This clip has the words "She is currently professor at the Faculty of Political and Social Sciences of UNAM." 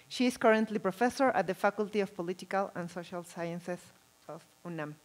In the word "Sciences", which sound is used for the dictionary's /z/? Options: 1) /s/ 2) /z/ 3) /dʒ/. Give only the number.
1